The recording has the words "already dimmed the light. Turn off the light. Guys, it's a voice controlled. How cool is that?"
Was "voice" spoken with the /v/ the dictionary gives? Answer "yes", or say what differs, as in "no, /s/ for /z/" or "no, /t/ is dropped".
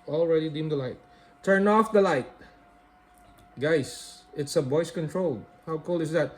no, /b/ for /v/